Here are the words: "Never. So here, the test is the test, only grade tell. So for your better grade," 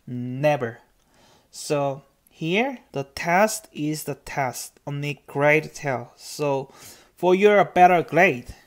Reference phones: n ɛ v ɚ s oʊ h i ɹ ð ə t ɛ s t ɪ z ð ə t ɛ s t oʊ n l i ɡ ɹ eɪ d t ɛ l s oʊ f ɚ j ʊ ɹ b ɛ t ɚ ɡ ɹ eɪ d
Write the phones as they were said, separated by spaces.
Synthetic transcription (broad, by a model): n ɛ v ɚ s oʊ h i ɹ ð ə t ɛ s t ɪ z ð ə t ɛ s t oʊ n i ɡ ɹ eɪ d t ɛ l s oʊ f ɚ j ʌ ɹ b ɛ t ɚ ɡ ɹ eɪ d